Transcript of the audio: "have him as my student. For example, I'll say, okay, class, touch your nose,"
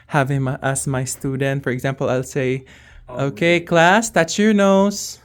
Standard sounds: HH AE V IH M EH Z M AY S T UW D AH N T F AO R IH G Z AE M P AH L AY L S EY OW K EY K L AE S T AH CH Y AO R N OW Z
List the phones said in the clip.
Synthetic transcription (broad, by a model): HH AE V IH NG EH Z M AY S T UW D AH N T F AO R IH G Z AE M P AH L AY L S EY OW K EY K L AE S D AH S Y AO R N OW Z